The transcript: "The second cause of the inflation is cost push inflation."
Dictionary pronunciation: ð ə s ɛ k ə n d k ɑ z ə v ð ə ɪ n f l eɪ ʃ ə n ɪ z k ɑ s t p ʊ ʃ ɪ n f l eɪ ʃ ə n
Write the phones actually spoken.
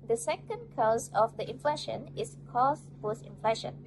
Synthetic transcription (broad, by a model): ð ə s ɛ k ə n d k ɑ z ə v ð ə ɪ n f l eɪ ʃ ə n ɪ s k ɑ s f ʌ s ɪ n f l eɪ ʃ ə n